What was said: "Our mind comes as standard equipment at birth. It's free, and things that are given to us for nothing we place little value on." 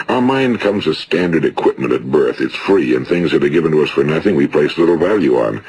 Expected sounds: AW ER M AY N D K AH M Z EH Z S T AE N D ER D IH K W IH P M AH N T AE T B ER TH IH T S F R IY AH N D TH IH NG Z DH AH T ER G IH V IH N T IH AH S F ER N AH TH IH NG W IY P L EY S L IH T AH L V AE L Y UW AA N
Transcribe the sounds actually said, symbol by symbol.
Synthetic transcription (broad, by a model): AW ER M AY N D K AH M Z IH S T AE N D ER D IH K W IH P M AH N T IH T B ER TH IH T S F R IY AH N TH IH NG Z DH AH T ER G IH V IH N T IH AH S F ER N AH TH IH NG W IY P L EY S L IH T L V AE L Y UW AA N